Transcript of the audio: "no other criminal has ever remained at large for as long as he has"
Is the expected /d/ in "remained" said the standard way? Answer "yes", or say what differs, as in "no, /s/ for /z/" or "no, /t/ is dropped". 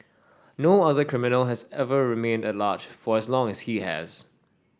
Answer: yes